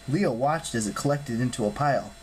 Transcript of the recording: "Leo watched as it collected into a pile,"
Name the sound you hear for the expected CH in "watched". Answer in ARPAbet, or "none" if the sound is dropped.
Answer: CH